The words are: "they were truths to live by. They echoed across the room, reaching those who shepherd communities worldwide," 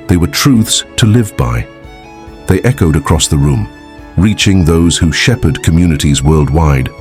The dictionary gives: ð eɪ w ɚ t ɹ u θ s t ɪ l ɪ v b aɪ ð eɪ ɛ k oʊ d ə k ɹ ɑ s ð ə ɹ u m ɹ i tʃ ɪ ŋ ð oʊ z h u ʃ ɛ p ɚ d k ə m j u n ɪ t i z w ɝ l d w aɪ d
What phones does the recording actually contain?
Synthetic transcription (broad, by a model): ð eɪ w ɚ t ɹ u θ s t ɪ l ɪ v b aɪ ð eɪ ɛ k oʊ d ə k ɹ ɑ s ð ə ɹ u m ɹ i tʃ ɪ ŋ ð oʊ z h u ʃ ɛ p ɚ d k ə m j u n ɪ t i z w ɝ l d w aɪ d